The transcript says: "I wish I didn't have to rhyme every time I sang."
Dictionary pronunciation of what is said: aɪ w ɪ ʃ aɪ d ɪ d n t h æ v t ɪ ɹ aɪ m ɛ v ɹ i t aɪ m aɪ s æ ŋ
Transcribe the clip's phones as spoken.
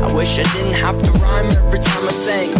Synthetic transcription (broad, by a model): aɪ w ɪ ʃ aɪ d ɪ d n t h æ f t ɪ ɹ aɪ m ɛ v ɹ i t aɪ m aɪ s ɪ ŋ